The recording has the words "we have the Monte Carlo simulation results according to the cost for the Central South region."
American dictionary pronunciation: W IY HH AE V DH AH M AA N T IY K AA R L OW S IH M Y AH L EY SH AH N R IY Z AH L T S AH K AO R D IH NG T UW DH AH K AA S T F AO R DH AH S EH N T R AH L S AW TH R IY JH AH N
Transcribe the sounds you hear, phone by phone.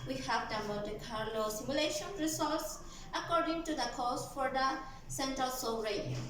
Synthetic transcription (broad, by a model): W IY HH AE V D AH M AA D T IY K AA R L OW S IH M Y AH L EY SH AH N R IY S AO T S AH K AO R D IH NG T UW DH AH K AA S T F AO R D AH S EH N T R AH L S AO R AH